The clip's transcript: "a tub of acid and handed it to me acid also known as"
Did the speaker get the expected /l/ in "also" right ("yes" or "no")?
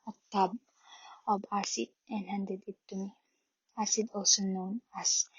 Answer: no